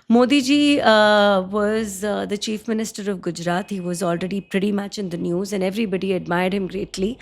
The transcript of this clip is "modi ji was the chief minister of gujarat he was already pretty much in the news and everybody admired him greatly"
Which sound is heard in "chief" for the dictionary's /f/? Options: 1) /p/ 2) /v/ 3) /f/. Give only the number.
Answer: 3